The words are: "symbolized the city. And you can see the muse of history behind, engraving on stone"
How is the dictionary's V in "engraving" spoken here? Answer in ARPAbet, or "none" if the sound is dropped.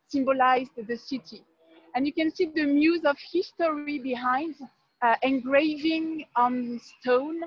V